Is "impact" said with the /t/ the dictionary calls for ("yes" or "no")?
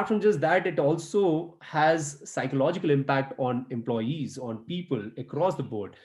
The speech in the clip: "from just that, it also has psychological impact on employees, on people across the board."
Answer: yes